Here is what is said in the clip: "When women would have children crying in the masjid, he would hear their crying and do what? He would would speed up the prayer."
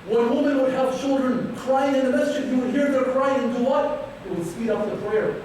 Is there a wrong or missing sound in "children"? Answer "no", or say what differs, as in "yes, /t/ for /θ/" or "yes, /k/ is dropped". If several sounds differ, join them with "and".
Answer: no